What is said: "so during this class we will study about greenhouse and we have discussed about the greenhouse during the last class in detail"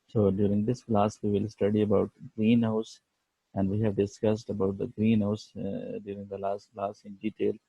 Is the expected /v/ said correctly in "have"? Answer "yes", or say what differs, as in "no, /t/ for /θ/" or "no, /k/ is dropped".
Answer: yes